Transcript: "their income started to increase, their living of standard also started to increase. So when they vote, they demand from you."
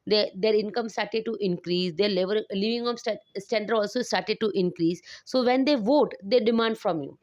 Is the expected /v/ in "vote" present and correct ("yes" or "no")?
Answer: yes